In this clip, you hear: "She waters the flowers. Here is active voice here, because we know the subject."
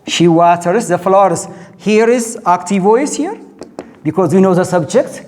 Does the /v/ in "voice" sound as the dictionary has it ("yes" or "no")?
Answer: yes